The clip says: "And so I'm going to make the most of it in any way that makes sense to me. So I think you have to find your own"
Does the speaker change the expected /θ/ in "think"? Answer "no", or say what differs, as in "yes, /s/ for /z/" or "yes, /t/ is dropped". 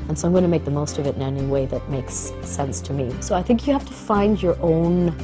no